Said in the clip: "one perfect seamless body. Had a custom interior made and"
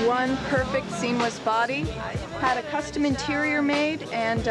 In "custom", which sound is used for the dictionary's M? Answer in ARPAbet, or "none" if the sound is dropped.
M